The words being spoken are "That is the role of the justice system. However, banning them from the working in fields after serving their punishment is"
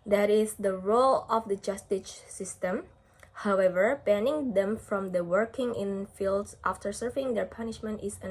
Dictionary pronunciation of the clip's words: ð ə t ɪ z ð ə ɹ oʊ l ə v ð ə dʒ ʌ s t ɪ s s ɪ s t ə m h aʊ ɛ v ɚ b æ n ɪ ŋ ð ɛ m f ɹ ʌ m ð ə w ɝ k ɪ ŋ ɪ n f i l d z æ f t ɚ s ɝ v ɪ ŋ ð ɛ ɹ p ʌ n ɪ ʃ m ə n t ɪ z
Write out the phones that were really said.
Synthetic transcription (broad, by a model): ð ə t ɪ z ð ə ɹ oʊ l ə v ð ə dʒ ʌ s t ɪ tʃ s ɪ s t ə m h aʊ ɛ v ɚ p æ n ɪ ŋ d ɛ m f ɹ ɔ m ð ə w ɝ k ɪ ŋ ɪ n f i l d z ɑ f t ɚ s ɝ v ɪ ŋ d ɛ ɹ p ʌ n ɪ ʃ m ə n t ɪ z